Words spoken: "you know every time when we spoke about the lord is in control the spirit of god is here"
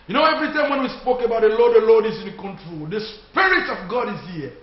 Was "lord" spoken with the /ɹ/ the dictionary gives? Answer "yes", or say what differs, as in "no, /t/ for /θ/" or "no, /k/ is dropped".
no, /l/ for /ɹ/